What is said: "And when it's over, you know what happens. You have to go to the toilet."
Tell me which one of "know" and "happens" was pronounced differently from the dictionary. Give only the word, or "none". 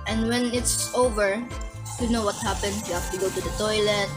happens